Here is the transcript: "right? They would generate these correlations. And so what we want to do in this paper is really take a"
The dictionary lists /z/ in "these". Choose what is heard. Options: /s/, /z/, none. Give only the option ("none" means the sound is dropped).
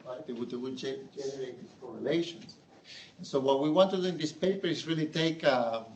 none